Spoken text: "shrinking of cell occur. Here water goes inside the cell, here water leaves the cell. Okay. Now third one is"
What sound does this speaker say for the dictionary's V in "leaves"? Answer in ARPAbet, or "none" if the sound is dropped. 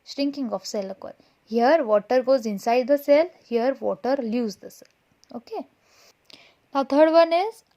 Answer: none